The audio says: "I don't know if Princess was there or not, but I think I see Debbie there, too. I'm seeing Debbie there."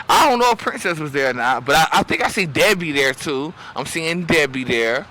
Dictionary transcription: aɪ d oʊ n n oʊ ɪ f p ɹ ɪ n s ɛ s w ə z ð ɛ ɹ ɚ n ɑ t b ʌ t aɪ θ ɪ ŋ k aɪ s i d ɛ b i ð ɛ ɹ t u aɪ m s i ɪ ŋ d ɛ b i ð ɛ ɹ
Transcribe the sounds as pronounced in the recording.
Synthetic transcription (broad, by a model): aɪ d oʊ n n oʊ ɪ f p ɹ ɪ n s ɛ s w ə z ð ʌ ɹ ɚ n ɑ t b ʌ t aɪ θ ɪ ŋ k aɪ s i d ɛ b i ð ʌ ɹ t u aɪ m s i ɪ ŋ d ɛ b i ð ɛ ɹ